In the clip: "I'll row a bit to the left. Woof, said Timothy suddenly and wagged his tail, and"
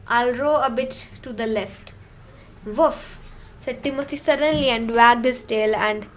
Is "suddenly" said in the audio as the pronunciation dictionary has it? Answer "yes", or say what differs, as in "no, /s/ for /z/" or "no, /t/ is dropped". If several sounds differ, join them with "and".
yes